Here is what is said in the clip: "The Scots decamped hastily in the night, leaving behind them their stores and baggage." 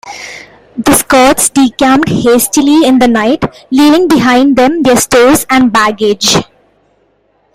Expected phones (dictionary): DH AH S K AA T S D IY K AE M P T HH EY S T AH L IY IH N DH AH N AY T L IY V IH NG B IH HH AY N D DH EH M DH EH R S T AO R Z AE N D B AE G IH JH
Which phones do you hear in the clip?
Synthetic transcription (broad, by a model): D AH S K AA T S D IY K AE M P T HH EY S T AH L IY IH N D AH N AY T L IY V IH NG B IH HH AY N D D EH M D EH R S T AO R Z AE N D B AE G IH JH